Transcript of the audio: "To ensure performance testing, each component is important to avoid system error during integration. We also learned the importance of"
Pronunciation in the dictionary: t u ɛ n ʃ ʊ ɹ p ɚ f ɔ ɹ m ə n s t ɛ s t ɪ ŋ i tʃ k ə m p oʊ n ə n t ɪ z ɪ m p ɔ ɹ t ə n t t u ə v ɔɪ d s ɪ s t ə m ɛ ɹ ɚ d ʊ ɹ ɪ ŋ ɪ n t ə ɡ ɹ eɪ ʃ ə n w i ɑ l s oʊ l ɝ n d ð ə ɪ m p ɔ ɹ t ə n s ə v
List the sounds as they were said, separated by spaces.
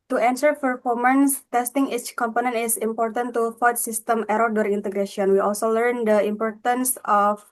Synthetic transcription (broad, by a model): t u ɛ n s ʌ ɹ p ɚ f ɔ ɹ m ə n s t ɛ s t ɪ ŋ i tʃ k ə m p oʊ n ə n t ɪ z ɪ m p ɔ ɹ t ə n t t u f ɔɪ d s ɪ s t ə m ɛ ɹ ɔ d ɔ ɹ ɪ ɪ n t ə ɡ ɹ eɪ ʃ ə n w i ɑ l s oʊ l ɝ n d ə ɪ m p ɔ ɹ t ə n s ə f